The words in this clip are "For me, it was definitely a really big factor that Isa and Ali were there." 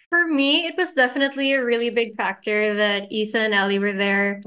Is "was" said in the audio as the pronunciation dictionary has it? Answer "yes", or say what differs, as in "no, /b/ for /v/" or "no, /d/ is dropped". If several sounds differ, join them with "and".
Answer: yes